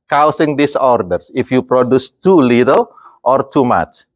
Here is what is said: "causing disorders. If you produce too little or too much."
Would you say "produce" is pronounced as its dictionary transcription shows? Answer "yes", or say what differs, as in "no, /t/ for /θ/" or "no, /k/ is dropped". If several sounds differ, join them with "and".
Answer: yes